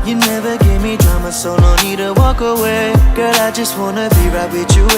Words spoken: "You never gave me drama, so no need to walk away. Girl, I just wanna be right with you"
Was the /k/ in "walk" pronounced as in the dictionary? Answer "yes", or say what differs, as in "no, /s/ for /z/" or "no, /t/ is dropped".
yes